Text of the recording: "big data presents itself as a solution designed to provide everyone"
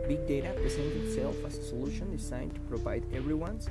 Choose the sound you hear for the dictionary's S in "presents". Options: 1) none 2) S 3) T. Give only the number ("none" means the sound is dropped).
1